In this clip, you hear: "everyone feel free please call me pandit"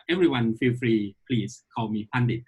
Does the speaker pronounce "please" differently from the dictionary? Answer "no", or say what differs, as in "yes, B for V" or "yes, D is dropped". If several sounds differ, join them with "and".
yes, S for Z